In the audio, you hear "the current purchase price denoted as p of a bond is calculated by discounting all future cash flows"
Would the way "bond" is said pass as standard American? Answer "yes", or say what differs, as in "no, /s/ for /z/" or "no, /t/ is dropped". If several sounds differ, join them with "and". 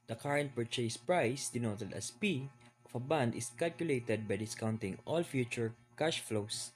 yes